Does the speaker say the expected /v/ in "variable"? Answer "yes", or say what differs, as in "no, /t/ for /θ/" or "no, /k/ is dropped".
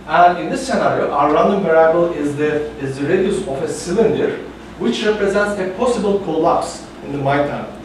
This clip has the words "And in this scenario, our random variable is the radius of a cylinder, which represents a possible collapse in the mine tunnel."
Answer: no, /p/ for /v/